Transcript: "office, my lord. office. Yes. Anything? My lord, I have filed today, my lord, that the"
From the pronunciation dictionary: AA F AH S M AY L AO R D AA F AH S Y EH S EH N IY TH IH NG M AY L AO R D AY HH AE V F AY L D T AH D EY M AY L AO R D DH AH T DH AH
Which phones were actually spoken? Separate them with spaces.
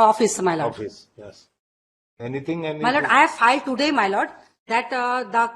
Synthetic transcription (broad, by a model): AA F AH S M AY L AO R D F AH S Y EH S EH N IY T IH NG M AY L AO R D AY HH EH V F AY L D T AH D EY M AY L AO R D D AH T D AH